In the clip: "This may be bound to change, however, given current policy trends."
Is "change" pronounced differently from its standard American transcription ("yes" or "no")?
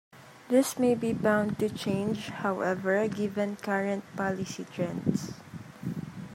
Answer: no